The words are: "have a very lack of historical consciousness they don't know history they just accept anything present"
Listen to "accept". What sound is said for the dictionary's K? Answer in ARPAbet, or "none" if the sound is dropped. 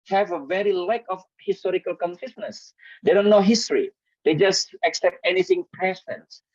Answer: K